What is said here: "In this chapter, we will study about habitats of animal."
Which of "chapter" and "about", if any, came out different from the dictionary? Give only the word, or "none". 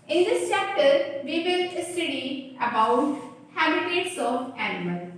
none